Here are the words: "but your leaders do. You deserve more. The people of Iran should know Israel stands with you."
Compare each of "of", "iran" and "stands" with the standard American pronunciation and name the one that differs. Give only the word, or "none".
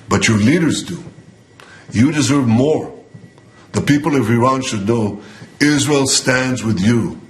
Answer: none